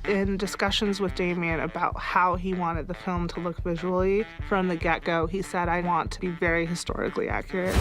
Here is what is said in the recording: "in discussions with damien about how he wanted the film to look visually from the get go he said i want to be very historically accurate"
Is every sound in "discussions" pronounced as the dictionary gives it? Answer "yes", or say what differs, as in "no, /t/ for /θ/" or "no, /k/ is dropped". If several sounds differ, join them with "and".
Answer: yes